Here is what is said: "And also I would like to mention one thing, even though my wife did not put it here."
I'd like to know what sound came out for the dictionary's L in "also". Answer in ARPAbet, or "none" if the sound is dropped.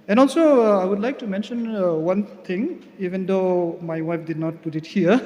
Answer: L